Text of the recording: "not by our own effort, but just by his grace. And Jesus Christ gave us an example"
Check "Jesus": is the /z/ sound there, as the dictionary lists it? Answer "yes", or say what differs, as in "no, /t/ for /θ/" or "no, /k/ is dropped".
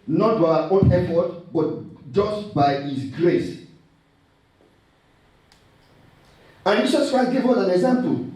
no, /s/ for /z/